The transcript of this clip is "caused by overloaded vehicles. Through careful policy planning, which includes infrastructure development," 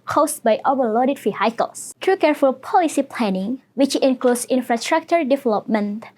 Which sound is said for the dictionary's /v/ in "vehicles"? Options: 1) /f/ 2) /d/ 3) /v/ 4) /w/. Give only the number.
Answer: 1